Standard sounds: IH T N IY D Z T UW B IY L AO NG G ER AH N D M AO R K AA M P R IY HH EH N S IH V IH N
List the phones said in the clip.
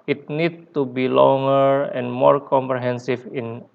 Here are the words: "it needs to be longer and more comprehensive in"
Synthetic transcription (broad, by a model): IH T N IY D T UW B IY L AO NG G ER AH N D M AO R K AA M P R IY HH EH N S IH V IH N